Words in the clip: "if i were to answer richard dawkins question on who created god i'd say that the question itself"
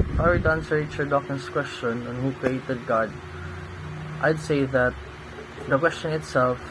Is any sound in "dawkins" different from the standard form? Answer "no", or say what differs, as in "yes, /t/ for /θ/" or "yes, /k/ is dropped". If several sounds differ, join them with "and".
yes, /s/ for /z/